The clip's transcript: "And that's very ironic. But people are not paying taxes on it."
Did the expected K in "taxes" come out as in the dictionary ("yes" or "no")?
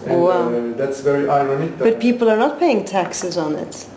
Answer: yes